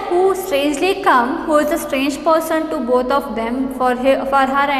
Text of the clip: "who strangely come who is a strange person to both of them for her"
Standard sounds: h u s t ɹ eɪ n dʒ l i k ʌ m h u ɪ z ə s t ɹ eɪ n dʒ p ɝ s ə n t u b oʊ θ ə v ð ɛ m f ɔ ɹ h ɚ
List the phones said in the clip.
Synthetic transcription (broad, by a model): h u s t ɹ eɪ n dʒ l i k ʌ m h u ɪ z ə s t ɹ eɪ n dʒ p ɝ s ə n t u b oʊ t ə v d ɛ m f ɔ ɹ h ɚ